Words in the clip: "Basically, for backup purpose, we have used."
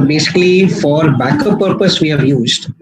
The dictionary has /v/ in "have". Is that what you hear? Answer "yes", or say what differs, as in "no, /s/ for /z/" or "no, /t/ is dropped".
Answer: yes